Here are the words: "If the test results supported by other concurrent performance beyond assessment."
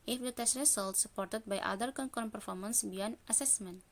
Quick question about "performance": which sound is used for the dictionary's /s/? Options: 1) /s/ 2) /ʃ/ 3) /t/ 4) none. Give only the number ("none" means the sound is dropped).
1